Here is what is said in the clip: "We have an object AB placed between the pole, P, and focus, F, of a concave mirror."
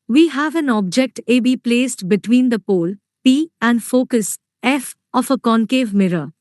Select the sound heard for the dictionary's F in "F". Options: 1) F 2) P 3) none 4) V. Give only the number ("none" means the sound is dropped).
1